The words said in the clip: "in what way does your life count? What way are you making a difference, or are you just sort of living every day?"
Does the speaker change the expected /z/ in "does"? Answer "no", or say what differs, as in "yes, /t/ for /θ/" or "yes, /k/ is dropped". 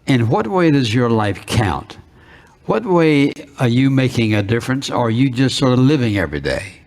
no